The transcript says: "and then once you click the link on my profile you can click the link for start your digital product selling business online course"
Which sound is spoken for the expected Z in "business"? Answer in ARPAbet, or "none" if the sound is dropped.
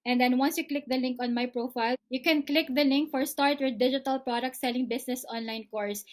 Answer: S